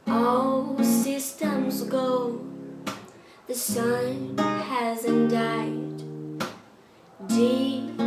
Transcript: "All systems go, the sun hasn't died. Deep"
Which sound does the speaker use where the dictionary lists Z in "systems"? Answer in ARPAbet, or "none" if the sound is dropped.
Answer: Z